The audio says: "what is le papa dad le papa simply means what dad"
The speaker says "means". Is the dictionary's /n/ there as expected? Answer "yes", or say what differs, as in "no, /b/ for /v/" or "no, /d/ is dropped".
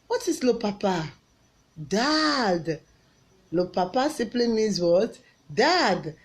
no, /n/ is dropped